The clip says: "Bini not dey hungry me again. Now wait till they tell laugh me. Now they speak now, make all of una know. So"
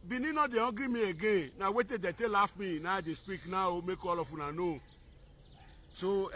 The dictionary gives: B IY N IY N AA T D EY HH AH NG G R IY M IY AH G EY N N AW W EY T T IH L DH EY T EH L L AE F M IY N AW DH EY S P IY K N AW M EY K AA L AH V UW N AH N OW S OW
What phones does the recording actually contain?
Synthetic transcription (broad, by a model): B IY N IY N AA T D EY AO G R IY M IY AH G EY N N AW W EY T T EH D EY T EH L L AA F M IY N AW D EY S P IY K N AW M EY K AA L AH F UW N AH N OW S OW